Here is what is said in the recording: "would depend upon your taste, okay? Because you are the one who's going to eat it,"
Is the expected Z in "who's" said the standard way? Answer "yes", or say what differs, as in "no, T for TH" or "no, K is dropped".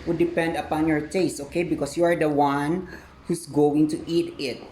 no, S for Z